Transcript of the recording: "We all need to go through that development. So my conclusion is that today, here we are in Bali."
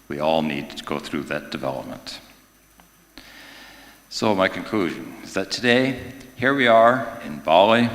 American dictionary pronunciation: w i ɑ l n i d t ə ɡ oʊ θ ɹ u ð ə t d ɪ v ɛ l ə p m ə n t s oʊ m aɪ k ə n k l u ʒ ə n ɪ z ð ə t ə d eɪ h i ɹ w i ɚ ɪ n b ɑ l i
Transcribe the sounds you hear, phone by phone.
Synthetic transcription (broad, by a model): w i ɑ l n i d t ə ɡ oʊ θ ɹ u ð ə t d ɪ v ɛ l ə p m ə n t s oʊ m aɪ k ə n k l u ʒ ə n ɪ z ð ə t ə d eɪ h i ɹ w i ɚ ɪ n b ɑ l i